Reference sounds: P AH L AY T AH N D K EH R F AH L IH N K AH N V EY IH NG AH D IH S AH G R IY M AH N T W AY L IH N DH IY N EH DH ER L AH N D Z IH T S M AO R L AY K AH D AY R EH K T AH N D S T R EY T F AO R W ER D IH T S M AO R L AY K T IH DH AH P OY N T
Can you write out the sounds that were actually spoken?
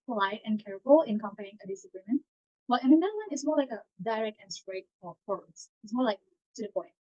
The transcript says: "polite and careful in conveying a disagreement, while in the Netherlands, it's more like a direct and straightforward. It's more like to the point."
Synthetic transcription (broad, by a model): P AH L AY T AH N K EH R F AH L IH N K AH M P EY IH NG AH D IH S AH G R IY M AH N T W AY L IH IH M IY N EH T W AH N IH T S M AO R L AY K AH D AY R EH K T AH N S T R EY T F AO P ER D IH T S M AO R L AY K T IH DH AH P OY N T